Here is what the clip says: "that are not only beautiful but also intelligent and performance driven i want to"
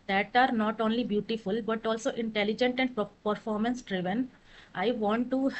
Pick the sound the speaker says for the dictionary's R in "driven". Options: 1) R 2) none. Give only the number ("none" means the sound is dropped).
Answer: 1